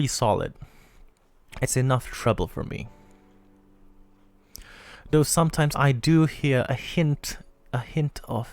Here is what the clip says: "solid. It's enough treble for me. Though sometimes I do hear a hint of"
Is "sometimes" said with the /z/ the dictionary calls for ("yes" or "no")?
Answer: yes